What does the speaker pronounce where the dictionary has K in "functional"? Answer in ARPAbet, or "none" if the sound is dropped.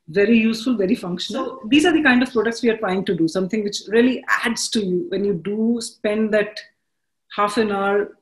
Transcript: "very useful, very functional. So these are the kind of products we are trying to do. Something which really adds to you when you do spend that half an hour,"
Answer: K